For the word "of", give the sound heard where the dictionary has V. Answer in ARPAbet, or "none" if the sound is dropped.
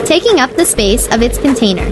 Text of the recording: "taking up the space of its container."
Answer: V